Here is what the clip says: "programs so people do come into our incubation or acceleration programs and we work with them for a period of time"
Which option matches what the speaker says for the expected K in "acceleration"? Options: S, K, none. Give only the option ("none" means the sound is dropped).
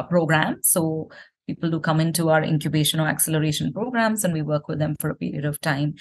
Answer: K